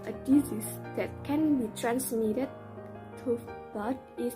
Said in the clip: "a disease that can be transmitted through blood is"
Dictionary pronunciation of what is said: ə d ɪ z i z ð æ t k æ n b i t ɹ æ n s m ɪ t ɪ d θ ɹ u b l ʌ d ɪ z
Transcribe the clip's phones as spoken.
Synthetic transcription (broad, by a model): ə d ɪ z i s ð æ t k æ n b i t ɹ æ n s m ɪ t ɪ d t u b ʌ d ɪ